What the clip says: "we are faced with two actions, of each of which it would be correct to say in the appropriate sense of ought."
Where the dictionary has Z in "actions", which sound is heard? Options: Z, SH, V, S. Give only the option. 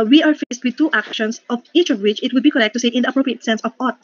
S